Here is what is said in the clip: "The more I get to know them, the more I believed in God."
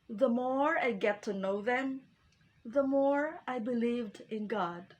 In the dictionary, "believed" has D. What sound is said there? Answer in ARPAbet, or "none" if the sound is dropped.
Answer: D